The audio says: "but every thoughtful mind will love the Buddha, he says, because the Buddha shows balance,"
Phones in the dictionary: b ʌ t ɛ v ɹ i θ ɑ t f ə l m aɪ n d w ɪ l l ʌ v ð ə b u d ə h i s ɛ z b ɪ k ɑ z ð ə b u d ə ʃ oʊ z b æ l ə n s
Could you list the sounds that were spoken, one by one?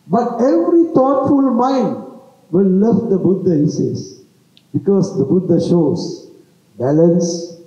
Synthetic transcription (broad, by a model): b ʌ t ɛ v ɹ i t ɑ t f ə l m aɪ n d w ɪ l l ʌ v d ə b u d ə h i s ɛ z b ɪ k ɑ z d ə b u d ə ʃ oʊ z b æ l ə n s